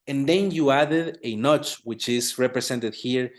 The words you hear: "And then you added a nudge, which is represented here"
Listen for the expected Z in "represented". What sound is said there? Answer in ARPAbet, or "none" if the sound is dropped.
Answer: S